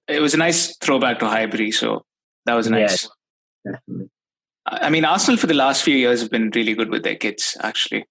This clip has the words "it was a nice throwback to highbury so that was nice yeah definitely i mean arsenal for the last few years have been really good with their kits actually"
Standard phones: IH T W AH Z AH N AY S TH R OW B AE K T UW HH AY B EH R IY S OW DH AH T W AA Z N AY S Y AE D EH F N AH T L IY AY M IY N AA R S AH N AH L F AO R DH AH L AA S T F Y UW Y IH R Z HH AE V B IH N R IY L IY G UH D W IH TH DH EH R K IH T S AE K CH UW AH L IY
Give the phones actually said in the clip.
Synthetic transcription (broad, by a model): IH T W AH Z AH N AY S T R OW B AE K T UW HH AY B EH R IY S OW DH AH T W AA Z N AY S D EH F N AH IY M IY N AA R S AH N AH L F AO R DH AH L AA S T F Y UW Y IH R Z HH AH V B IH N R IY L IY G UH D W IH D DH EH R K IH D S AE K CH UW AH L IY